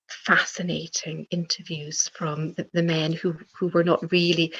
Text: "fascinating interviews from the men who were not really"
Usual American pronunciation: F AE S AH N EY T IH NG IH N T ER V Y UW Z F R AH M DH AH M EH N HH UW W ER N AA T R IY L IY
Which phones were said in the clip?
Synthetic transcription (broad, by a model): F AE S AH N EY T IH NG IH N T ER V Y UW Z F R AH M DH AH M EH N HH UW W ER N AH T R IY L IY